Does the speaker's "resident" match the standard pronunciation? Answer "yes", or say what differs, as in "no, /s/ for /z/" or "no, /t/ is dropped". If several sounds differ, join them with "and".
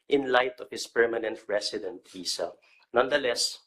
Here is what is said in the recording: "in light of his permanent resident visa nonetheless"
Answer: no, /s/ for /z/